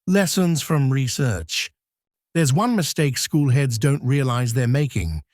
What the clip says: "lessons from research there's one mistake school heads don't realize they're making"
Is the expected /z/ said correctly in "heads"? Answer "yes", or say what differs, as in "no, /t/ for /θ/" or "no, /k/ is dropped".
yes